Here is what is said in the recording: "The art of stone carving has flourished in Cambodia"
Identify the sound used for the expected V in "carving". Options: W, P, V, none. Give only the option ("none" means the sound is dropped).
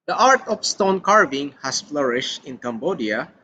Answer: V